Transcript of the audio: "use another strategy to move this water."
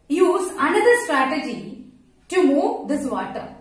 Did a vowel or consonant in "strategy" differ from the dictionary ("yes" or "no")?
no